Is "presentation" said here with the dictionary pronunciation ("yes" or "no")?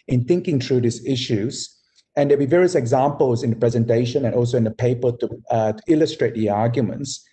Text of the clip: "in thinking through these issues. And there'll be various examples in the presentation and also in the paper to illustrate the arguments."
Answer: yes